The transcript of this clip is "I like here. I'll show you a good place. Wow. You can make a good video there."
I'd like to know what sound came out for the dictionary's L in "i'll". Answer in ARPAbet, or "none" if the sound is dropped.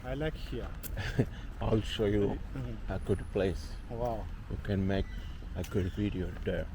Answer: L